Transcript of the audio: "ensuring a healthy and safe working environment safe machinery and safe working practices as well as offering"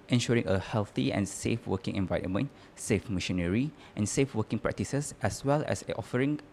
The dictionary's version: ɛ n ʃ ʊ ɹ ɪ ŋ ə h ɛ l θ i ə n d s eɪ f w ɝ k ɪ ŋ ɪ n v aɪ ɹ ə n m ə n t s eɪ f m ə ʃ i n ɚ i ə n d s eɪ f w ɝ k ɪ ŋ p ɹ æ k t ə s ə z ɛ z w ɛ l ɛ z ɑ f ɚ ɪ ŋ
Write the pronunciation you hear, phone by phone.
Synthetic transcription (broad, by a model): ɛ n ʃ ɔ ɹ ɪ ŋ ə h ɛ l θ i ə n s eɪ f w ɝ k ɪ ŋ ɪ n v aɪ ɹ ə n m ə n t s eɪ f m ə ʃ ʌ n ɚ i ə n s eɪ f w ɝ k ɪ ŋ p ɹ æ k t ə s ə s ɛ s w ɛ l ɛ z ɑ f ɚ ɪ ŋ